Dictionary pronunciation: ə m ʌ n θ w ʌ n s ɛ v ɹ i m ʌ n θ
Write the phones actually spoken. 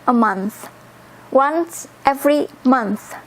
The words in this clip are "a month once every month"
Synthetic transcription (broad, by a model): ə m ʌ n θ w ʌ n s ɛ v ɹ i m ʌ n θ